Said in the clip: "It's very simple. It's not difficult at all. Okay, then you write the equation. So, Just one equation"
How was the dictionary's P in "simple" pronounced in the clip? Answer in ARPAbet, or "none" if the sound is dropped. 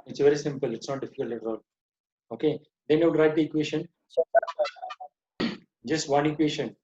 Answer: P